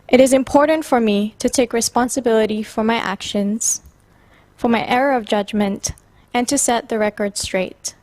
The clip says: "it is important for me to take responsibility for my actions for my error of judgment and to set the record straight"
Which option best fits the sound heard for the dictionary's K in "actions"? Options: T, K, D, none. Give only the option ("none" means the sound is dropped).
K